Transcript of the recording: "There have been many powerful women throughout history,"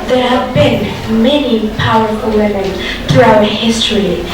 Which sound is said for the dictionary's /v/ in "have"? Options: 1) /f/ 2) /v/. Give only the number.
2